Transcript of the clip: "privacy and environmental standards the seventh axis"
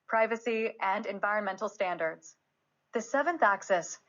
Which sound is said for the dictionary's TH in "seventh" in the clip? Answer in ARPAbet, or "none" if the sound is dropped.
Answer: TH